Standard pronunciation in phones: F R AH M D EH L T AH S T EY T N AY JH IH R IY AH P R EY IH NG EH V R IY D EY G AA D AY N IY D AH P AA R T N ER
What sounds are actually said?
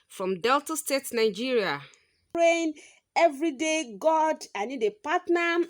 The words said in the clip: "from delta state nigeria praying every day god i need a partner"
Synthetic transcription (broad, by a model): F R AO M D EH L T AH S T EY T N AY JH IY R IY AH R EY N EH V R IY D EY G AA D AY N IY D AH P AA T N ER